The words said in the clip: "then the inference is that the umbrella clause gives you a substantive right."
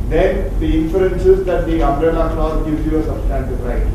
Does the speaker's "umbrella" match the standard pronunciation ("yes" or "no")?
no